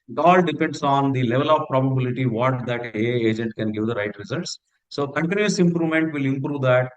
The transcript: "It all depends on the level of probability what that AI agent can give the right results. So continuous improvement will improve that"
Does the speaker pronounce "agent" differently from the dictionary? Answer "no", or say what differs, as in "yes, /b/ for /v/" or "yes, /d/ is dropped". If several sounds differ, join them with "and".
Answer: no